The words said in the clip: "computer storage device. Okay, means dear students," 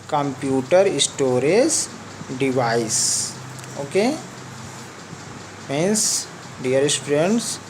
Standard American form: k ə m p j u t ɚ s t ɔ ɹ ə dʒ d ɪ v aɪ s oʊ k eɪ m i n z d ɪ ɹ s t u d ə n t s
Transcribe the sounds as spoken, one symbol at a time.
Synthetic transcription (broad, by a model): k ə m p j u t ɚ s t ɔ ɹ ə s d ɪ v aɪ s oʊ k eɪ m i n s d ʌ ɹ s t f d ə n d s